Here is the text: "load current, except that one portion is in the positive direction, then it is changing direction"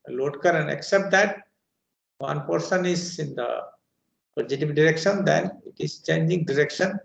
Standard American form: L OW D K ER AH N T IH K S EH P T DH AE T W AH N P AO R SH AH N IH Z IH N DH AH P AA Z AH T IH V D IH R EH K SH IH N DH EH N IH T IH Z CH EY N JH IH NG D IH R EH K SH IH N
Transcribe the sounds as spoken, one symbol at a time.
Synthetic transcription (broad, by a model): L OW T K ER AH N IH K S EH P T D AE T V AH N P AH R S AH N IH Z IH N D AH P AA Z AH T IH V D IH R EH K SH IH N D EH N IH T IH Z CH EY N JH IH NG D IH R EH K SH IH N